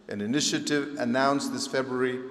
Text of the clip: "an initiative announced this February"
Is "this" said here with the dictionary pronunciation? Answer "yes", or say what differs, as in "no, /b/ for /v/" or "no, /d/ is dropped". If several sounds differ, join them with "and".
yes